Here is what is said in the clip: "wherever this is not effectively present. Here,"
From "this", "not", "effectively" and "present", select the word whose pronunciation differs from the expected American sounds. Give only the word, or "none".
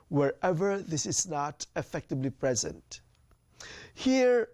effectively